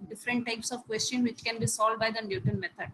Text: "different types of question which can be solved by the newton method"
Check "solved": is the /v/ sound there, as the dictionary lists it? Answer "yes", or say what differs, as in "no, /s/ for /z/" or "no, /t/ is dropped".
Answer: no, /v/ is dropped